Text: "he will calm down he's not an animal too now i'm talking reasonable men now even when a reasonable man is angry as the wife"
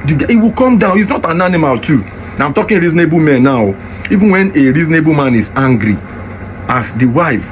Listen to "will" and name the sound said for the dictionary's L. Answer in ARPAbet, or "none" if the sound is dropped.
W